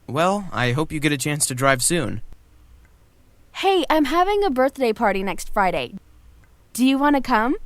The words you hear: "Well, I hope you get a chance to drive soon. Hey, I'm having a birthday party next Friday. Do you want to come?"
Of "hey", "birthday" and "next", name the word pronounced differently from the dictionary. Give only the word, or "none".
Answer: none